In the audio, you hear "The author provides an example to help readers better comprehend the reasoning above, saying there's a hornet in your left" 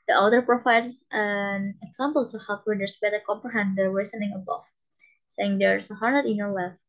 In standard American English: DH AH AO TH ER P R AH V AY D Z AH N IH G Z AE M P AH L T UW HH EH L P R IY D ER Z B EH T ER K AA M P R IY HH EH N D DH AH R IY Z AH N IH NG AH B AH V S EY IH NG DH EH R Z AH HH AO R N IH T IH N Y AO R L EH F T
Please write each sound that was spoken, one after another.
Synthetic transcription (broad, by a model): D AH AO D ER P R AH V AY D S AH N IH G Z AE M P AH L T UW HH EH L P W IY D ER S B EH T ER K AA M P R IY HH EH N D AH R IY S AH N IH NG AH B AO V S EY IH NG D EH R S AH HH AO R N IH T IH N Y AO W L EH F